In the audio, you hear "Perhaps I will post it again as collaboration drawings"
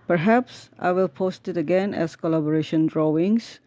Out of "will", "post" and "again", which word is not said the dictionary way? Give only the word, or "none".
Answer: none